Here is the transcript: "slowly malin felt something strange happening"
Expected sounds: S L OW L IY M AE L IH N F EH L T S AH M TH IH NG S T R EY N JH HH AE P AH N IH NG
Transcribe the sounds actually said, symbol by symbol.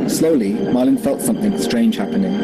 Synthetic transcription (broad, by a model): S L OW L IY M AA L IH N F EH L T S AH M TH IH NG S T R EY N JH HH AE P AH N IH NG